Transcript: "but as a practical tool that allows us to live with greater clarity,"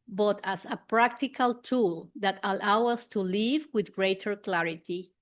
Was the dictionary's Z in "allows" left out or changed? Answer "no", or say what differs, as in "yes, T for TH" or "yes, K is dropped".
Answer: yes, Z is dropped